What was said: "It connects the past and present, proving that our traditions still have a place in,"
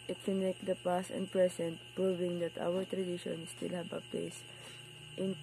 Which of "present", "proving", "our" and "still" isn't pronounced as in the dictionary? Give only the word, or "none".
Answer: present